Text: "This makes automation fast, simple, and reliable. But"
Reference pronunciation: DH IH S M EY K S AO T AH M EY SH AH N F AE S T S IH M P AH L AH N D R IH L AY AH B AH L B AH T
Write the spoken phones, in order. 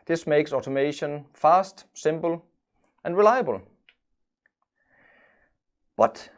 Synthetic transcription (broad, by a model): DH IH S M EY K S AO T AH M EY SH AH N F AE S T S IH M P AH L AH N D R IH L AY AH B AH L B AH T